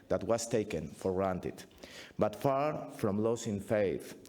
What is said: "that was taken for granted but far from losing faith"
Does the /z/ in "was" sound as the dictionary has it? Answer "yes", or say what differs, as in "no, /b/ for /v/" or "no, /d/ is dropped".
no, /s/ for /z/